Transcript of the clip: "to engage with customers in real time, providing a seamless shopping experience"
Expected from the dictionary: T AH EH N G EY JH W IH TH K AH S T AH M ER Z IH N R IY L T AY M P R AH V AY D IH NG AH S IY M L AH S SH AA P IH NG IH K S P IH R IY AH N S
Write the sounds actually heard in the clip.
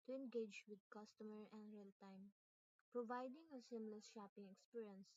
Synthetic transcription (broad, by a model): T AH EH N G EY JH W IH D K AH S T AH M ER IH N R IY L T AY M P R AH V AY D IH NG AH S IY M L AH S SH AA P IH NG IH K S P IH R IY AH N S